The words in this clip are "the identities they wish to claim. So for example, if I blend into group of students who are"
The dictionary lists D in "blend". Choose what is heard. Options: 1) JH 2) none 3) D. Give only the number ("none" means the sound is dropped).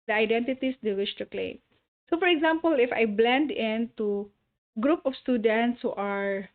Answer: 3